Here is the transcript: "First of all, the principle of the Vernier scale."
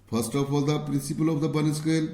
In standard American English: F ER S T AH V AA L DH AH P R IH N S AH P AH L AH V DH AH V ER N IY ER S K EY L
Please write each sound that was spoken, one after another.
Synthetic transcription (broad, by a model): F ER S T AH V AA L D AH P R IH N S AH P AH L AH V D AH B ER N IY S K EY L